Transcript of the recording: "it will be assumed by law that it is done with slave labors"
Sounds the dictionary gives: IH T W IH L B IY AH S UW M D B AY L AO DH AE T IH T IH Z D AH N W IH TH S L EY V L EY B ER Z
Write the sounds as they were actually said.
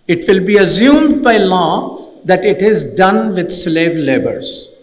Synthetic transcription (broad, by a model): IH T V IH L B IY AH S UW M D B AY L AO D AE T IH T IH Z D AH N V IH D S L EY V L EY B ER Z